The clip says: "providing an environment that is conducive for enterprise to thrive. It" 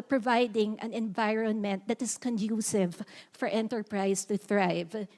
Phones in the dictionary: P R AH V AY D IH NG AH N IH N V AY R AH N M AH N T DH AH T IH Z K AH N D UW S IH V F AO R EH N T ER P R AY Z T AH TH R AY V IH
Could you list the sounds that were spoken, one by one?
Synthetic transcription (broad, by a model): P R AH V AY D IH NG AH N IH N V AY R AH N M AH N T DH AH T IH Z K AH N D UW S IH V F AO R EH N T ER P R AY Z T AH TH R AY V